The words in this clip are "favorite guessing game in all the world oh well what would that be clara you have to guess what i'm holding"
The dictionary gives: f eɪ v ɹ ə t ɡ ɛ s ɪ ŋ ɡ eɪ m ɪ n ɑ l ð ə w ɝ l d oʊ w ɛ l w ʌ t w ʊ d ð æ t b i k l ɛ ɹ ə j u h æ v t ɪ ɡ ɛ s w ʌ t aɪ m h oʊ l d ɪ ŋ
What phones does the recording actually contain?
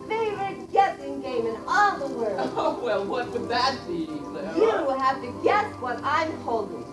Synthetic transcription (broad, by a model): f eɪ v ɹ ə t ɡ ɛ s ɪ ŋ ɡ eɪ m ɪ n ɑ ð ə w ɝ oʊ w ɛ l w ʌ t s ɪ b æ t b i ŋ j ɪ w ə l h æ f t ɪ ɡ ɛ s w ʌ t aɪ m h oʊ l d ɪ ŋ